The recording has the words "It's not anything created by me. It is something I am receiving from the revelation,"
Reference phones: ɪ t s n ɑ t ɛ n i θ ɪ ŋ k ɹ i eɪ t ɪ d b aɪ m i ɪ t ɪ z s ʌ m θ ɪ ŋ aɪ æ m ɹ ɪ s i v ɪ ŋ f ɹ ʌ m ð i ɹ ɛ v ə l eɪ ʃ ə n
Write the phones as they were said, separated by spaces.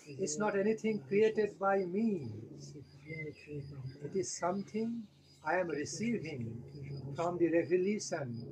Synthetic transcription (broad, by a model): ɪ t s n ɑ t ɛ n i t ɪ ŋ k ɹ i eɪ t ɪ d b aɪ m i ɪ t ɪ z s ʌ m t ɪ ŋ aɪ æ m ɹ ɪ s i v ɪ ŋ f ɹ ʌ m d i ɹ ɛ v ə l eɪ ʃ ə n